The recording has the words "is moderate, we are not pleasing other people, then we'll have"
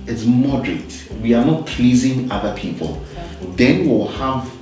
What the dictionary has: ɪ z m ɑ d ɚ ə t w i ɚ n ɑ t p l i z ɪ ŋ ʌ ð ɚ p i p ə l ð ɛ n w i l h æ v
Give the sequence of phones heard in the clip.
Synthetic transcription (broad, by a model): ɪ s m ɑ d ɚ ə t w i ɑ n ɑ t p l i z ɪ ŋ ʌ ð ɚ p i p ə l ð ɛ n w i w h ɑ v